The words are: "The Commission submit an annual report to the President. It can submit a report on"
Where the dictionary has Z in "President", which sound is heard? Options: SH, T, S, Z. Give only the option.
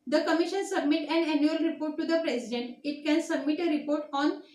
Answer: S